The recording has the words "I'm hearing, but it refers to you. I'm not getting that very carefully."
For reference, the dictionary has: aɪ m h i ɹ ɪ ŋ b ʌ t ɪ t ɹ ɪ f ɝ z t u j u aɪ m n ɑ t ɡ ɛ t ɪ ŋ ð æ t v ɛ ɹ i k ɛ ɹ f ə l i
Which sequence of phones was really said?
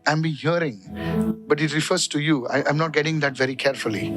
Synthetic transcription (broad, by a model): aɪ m h i ɹ ɪ ŋ b ʌ t ɪ t ɹ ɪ f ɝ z t u j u aɪ m n ɑ t ɡ ɛ t ɪ ŋ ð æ t v ɛ ɹ i k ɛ ɹ f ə l i